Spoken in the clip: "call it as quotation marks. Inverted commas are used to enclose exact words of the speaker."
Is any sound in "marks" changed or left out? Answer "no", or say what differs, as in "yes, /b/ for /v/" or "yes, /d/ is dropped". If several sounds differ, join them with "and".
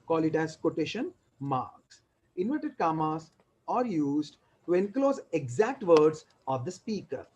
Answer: no